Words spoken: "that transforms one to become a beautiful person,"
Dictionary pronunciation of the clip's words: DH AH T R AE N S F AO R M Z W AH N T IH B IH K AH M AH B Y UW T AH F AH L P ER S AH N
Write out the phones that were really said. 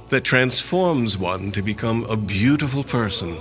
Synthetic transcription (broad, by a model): DH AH T R AE N S F AO R M Z W AH N T IH B IH K AH M AH B Y UW T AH F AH L P ER S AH N